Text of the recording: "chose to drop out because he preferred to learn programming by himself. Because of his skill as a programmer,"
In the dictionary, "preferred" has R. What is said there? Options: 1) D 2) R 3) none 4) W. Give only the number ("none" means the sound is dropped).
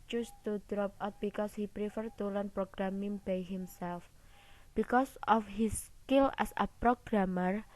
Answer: 2